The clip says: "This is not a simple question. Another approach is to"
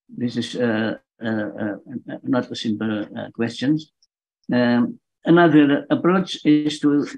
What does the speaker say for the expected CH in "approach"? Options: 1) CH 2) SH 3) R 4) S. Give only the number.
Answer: 1